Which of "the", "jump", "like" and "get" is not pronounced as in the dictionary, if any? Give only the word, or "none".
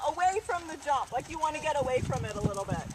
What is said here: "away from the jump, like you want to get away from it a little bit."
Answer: jump